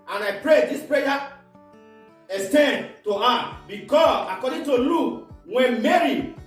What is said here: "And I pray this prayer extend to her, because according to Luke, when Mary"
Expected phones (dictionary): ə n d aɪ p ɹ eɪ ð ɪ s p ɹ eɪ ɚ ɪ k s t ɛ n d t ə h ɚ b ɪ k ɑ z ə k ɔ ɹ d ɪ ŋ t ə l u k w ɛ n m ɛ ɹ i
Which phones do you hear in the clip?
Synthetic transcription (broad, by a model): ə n aɪ p ɹ eɪ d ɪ s p ɹ eɪ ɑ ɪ s t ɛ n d t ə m b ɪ k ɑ s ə k ɔ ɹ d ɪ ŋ t ə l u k w ɛ n m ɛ ɹ i